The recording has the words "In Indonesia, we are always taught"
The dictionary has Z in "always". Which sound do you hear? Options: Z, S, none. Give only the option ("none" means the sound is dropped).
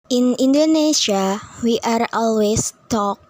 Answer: S